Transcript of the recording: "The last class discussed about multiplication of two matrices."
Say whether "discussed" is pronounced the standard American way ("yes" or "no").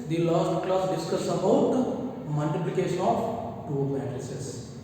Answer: no